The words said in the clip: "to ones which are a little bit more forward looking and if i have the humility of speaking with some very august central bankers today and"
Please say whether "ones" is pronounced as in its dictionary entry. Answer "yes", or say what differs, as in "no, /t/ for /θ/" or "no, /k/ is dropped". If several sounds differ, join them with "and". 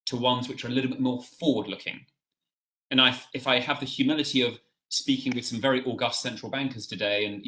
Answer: yes